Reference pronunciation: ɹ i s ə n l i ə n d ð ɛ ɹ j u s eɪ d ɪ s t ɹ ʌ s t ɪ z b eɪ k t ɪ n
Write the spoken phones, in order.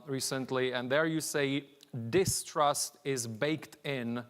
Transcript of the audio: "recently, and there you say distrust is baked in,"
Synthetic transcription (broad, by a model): ɹ i s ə n l i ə n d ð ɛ ɹ j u s eɪ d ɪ s t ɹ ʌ s t ɪ z b eɪ k t ɪ n